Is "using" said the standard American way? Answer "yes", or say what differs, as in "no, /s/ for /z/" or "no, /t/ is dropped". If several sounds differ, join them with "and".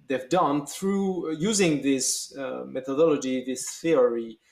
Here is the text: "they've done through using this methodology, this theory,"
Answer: yes